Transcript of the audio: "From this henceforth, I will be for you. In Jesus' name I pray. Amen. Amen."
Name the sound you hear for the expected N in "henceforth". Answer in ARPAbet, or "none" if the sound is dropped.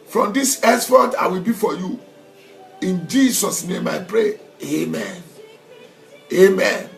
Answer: none